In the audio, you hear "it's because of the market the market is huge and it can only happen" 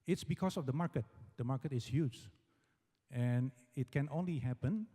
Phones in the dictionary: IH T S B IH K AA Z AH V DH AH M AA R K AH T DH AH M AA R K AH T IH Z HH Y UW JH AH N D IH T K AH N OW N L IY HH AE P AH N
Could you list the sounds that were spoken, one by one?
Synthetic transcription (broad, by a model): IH T S B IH K AA S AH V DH AH M AA R K AH T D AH M AA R K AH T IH S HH Y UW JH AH N IH T K AH N OW N L IY HH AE P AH N